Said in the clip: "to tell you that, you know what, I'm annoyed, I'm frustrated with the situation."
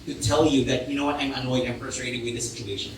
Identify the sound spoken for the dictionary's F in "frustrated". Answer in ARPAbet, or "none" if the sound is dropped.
P